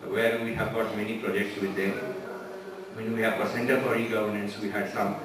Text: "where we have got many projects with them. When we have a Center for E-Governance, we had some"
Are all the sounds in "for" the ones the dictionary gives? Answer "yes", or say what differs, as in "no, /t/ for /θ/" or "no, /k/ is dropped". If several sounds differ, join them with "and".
no, /p/ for /f/